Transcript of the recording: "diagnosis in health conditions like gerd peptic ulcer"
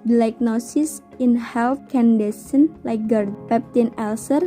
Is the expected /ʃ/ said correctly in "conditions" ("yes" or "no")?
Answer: no